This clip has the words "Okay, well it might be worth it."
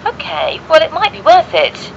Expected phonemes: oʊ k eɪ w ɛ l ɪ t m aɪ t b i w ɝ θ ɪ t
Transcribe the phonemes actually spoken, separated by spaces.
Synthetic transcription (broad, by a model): oʊ k eɪ w ɛ l ɪ t m aɪ t b i w ɝ θ ɪ t